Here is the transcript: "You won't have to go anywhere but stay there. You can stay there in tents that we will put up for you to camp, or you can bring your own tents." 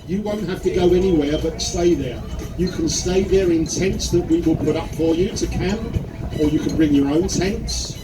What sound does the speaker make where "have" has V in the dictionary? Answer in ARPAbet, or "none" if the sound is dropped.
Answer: F